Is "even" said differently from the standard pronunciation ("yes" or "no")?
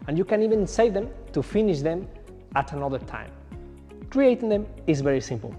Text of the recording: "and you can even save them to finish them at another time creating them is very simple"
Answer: no